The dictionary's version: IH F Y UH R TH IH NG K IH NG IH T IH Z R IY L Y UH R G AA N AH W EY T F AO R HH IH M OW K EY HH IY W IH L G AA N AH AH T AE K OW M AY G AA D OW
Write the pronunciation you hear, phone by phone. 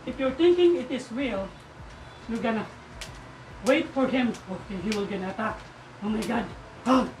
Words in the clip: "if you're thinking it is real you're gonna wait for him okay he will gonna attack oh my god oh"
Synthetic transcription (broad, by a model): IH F Y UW R T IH NG K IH NG IH T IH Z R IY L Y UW G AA N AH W EY T F AO R HH IH M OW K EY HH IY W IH L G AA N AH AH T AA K OW M AY G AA D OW